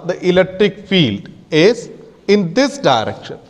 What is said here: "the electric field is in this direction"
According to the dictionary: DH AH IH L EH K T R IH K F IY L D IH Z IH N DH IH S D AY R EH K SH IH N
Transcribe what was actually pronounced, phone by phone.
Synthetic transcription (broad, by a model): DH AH IH L EH K T R IH K F IY L D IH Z IH N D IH S D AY R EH K SH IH N